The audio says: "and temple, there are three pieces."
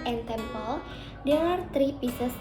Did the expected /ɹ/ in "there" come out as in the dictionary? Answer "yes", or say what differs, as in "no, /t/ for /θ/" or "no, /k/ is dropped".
no, /w/ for /ɹ/